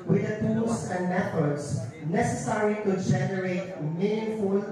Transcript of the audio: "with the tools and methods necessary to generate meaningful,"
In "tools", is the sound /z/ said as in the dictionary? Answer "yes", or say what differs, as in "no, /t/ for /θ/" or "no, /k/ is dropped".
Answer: no, /s/ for /z/